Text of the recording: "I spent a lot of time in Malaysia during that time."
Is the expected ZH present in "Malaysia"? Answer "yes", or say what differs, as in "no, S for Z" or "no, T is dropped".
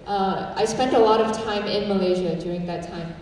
yes